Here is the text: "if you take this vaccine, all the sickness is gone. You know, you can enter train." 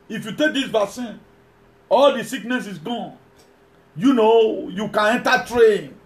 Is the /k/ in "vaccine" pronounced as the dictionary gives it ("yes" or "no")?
no